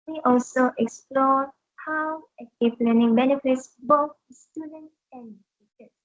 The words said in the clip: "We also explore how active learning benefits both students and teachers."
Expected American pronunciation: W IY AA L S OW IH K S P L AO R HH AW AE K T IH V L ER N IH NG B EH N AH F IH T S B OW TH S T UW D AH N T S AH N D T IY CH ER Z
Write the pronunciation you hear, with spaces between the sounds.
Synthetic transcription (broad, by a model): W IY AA L S OW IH K S P L AO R HH AW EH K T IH P L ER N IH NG B EH N AH F IH T S B OW TH S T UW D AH N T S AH N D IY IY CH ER